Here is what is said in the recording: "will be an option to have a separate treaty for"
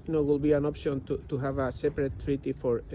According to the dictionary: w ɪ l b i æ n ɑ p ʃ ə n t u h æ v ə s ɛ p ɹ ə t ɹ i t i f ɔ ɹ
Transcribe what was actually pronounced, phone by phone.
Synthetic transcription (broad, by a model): w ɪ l b i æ n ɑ p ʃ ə n t u h æ v ə s ɛ p ɹ ə t ɹ i t i f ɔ ɹ